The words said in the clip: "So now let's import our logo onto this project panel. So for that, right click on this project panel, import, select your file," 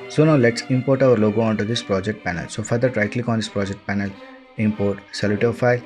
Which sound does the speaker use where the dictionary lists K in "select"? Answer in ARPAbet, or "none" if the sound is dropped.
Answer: none